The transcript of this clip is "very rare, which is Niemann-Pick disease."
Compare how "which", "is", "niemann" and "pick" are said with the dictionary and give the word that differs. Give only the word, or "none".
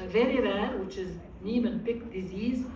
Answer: none